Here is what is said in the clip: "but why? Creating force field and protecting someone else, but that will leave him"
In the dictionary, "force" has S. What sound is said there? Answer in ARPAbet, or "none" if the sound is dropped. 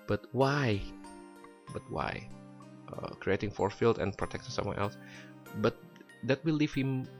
none